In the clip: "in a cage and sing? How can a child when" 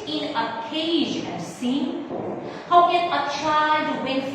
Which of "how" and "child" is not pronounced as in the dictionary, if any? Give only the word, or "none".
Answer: child